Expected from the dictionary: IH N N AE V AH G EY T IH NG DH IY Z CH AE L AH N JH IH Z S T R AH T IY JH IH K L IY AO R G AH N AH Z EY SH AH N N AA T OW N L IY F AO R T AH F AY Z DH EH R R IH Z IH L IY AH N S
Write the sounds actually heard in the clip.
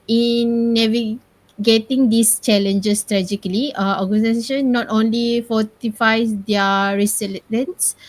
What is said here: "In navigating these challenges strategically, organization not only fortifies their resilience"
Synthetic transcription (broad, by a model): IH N N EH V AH G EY T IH NG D IY S CH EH L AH N JH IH S T R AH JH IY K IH L IY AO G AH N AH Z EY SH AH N N AA T OW N L IY F AO T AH F AY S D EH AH R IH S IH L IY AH N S